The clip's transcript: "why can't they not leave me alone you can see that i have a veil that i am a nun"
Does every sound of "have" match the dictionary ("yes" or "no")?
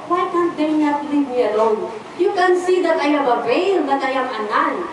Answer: no